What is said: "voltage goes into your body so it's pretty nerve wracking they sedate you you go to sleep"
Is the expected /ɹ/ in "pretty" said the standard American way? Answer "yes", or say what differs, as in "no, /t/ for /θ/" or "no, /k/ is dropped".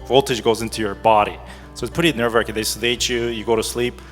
no, /ɹ/ is dropped